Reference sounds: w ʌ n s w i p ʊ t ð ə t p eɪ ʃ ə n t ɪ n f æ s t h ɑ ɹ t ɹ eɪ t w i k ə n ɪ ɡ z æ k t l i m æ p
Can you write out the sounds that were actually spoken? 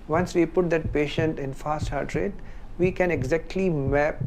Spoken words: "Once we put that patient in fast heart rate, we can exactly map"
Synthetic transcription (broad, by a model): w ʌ n s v i p ʊ t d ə t p eɪ ʃ ə n t ɪ n f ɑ s t h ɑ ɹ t ɹ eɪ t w i k ə n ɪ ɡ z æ k t l i m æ p